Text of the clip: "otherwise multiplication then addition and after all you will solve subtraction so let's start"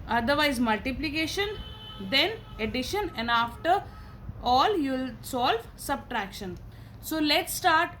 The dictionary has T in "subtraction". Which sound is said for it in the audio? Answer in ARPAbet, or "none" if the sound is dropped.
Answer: T